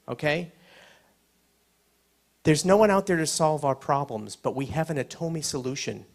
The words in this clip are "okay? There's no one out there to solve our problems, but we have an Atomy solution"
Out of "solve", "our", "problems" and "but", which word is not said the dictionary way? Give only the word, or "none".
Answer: none